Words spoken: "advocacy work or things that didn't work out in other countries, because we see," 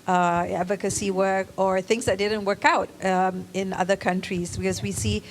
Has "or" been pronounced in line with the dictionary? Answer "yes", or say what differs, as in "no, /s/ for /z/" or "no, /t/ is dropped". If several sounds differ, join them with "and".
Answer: yes